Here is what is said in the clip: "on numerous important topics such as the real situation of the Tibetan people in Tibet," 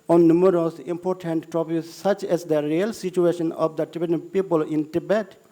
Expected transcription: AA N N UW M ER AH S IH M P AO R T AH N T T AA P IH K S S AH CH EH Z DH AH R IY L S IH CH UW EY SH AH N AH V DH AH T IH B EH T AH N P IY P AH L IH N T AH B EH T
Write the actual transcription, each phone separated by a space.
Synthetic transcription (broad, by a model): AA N N UW M ER AH S IH M P AO R T AH N T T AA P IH S S AH CH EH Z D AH R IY L S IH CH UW EY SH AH N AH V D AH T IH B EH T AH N P IY P AH L IH N T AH B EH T